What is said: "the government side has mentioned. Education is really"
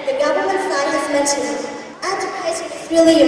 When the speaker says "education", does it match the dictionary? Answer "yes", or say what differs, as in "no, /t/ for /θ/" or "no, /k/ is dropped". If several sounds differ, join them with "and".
no, /n/ is dropped